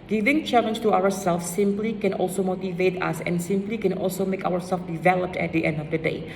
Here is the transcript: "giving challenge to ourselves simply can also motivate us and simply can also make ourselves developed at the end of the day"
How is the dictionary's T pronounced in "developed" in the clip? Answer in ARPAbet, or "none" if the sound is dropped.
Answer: T